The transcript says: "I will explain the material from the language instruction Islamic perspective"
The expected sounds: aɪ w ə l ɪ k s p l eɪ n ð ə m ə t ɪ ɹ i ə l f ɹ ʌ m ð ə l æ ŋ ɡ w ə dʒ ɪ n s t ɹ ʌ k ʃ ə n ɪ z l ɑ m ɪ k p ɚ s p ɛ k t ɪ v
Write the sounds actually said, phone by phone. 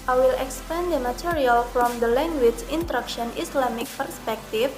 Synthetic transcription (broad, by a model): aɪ w ə l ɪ k s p eɪ n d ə m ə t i ɹ i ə l f ɹ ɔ m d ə l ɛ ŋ ɡ w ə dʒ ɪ n t ɹ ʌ k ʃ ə n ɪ s l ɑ m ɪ k p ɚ s p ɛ k t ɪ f